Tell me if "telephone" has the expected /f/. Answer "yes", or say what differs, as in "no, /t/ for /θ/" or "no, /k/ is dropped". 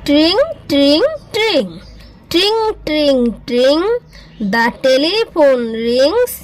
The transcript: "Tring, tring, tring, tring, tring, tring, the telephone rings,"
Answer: no, /p/ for /f/